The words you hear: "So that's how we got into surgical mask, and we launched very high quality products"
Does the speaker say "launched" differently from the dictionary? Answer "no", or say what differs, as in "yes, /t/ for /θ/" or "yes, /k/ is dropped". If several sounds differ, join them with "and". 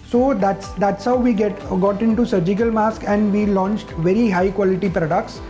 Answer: no